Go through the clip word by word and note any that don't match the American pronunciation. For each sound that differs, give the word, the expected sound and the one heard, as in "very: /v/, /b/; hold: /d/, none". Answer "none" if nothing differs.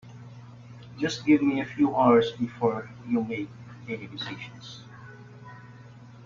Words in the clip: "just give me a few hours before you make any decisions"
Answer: decisions: /ʒ/, /ʃ/; decisions: /z/, /s/